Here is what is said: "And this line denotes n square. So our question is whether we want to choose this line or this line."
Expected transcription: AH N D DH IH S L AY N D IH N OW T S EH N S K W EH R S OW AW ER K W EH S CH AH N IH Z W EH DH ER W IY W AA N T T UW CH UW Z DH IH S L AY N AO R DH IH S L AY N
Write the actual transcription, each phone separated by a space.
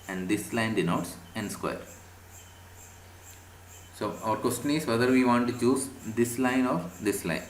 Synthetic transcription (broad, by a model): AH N D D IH S L AY N D IH N OW T S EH N S K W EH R S OW AW ER K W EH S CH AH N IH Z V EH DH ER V IY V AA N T T UW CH UW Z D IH S L AY N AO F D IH S L AY N